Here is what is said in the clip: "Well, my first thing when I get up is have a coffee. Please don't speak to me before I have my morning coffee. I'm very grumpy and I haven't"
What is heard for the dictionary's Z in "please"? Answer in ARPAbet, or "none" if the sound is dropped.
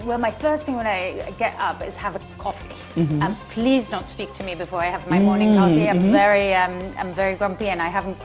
Z